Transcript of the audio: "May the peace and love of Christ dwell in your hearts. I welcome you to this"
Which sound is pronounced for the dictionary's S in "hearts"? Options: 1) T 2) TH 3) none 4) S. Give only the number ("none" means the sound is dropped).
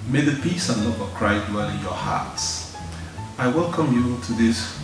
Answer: 4